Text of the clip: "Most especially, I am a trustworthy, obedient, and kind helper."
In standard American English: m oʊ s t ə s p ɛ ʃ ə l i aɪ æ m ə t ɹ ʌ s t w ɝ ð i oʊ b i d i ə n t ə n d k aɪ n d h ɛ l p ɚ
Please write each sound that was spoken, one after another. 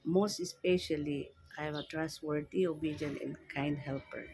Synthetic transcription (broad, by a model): m oʊ s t ə s p ɛ ʃ ə l i aɪ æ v ə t ɹ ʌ s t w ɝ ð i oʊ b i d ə n ə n k aɪ n d h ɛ l p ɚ